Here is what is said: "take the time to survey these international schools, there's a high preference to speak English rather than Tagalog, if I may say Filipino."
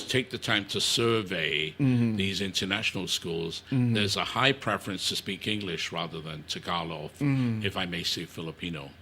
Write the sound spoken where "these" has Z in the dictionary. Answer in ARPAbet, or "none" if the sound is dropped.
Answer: Z